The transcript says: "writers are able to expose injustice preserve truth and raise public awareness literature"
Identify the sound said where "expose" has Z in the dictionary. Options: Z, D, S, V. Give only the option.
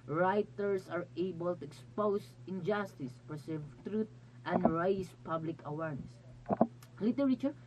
S